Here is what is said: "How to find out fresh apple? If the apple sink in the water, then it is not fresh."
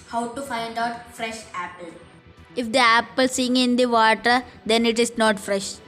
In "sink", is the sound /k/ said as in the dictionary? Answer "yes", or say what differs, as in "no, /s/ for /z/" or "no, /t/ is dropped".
no, /k/ is dropped